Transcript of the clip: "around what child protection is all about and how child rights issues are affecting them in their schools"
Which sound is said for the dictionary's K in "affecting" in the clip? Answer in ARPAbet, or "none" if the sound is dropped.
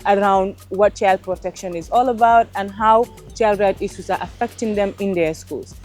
K